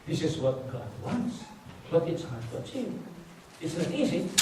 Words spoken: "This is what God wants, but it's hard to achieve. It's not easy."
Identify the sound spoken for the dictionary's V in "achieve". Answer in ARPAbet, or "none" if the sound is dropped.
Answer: none